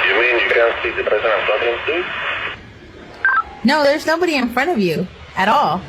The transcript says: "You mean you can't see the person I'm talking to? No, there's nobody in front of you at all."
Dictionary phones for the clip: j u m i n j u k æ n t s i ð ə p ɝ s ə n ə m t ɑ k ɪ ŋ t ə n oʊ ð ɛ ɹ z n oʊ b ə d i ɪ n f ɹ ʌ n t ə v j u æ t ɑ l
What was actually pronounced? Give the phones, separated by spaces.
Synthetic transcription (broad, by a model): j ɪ m i n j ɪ k æ n t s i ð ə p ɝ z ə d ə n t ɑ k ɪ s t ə n oʊ ð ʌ ɹ z n oʊ b ə d i ɪ n f ɹ ʌ n t ə v j u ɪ t ɑ l